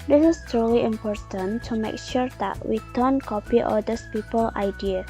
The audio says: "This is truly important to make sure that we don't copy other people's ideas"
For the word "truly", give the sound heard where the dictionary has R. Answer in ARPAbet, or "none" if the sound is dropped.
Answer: none